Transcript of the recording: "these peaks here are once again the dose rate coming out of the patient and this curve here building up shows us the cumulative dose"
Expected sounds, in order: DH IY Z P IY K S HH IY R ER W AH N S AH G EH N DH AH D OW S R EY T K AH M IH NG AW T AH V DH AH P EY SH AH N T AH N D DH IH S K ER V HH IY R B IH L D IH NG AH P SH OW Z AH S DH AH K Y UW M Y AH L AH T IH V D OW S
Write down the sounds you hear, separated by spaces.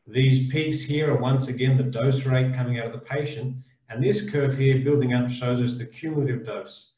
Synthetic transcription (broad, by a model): DH IY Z P IY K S HH IY R ER W AH N S AH G EH N DH AH D OW S R EY T K AH M IH NG AW T AH V DH AH P EY SH AH N T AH N DH IH S K ER V HH IY R B IH L D IH NG AH P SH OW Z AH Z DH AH K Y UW M Y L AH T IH V D OW S